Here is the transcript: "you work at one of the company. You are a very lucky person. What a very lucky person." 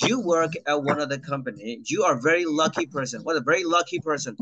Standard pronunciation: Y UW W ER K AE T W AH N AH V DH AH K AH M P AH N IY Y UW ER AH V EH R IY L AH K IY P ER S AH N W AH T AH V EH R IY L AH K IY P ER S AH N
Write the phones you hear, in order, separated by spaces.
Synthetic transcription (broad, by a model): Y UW W ER K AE T W AH N AH V DH AH K AH M P AH N IY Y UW ER V EH R IY L AH K IY P ER S AH N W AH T AH V EH R IY L AH K IY P ER S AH N